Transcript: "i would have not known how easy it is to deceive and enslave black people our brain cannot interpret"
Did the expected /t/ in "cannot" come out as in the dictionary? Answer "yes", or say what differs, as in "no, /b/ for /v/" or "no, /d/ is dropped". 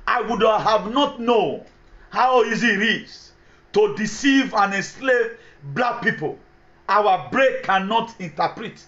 yes